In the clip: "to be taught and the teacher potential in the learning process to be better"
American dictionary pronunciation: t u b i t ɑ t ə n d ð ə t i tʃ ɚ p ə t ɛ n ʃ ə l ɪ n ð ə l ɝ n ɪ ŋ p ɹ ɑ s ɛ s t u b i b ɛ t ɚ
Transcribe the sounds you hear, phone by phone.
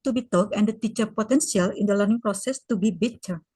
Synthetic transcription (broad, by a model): t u b i t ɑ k ə n d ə t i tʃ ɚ p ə t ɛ n s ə l ɪ n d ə l ɝ n ɪ ŋ p ɹ ɑ s ɛ s t u b i b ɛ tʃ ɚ